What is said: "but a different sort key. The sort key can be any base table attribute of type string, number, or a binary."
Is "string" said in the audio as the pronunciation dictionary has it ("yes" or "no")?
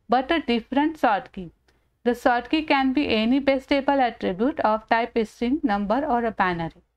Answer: no